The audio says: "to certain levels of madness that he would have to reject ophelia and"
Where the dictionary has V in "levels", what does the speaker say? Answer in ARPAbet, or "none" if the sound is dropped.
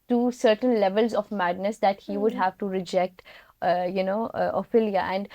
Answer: V